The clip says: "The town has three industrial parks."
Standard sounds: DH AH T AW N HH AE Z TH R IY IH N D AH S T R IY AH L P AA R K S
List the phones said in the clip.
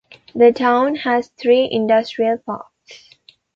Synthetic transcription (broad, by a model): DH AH T AW N HH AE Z T R IY IH N D AH S T R IY AH L P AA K S